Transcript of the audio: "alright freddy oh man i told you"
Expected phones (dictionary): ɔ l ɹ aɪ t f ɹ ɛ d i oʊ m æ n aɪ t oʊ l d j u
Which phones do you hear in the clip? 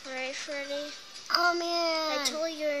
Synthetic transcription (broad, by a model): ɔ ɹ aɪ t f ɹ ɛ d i oʊ m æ aɪ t oʊ l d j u